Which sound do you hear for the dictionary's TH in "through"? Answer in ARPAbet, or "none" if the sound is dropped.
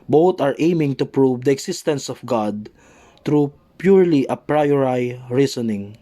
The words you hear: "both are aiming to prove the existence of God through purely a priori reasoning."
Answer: T